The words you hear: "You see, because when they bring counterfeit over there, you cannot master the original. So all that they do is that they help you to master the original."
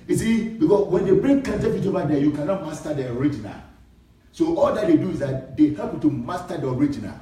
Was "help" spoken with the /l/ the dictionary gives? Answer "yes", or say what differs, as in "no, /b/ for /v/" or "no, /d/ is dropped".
no, /l/ is dropped